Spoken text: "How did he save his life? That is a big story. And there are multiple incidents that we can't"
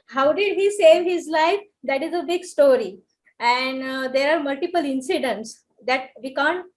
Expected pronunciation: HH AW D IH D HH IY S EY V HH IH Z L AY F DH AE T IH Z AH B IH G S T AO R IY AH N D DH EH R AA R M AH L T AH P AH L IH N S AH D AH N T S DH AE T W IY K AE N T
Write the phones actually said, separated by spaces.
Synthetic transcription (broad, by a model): HH AW D IH D HH IY S EY V HH IH Z L AY F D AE T IH Z AH B IH G S T AO R IY AH N D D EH R AA R M AH L T AH P AH L IH N S AH D AH N T S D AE T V IY K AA N T